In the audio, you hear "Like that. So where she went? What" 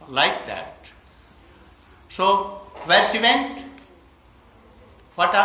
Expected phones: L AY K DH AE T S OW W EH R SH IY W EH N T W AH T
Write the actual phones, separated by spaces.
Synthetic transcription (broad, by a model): L AY K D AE T S OW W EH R S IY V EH N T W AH T